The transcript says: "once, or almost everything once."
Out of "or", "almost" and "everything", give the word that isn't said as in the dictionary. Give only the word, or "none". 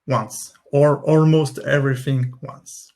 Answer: none